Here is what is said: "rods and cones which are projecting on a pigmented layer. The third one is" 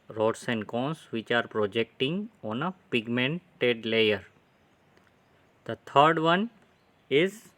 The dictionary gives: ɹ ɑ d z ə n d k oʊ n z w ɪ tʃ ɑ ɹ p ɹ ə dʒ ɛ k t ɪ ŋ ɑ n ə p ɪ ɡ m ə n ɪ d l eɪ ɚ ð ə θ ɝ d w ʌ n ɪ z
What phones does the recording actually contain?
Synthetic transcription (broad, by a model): ɹ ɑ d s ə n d k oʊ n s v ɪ tʃ ɑ ɹ p ɹ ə dʒ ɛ k t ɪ ŋ ɑ n ə p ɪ ɡ m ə n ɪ d l eɪ ɚ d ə t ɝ d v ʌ n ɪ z